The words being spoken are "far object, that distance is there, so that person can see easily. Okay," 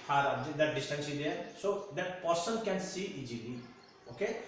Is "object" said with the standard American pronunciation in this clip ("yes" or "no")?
no